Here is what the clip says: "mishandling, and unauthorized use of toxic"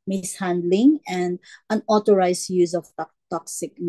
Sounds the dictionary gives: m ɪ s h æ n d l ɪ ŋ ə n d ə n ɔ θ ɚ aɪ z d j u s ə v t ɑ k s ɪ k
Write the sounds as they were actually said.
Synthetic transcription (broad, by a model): m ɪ s h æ n d l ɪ ŋ ə n d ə n ɔ t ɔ aɪ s j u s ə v t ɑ k s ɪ k